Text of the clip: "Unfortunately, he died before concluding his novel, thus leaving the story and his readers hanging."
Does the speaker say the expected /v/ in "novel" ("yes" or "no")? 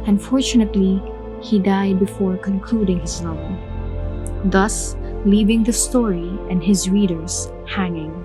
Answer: no